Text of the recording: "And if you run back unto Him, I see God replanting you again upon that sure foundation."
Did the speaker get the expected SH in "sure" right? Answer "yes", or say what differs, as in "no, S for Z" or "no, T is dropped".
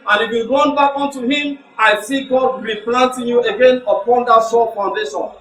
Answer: no, S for SH